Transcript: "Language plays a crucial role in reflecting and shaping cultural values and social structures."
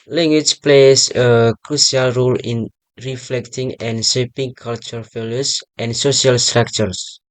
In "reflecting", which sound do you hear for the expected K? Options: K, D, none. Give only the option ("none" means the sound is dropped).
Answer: K